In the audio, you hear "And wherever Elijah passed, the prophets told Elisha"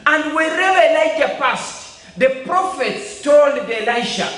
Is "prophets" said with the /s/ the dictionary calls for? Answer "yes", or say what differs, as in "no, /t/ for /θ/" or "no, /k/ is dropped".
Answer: yes